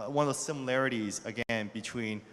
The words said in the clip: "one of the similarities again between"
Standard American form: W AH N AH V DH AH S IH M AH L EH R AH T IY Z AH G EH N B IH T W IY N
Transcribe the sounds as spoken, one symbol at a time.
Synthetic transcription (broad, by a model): W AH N AH V DH AH S IH M AH L EH R AH T IY Z AH G EH N B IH T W IY N